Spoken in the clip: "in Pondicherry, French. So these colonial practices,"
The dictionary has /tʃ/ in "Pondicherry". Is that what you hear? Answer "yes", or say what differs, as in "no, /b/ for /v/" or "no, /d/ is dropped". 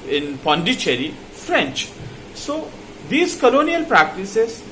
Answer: yes